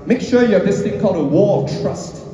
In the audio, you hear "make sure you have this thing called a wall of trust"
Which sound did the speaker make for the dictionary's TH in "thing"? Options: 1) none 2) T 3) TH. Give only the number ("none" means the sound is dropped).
2